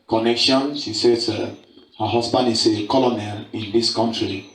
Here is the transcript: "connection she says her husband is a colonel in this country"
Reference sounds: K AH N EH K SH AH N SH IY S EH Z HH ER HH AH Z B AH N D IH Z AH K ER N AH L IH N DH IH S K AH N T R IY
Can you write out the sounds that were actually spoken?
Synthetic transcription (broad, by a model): K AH N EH K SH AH N S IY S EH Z HH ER HH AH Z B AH N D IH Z AH K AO N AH L IH N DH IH S K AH N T R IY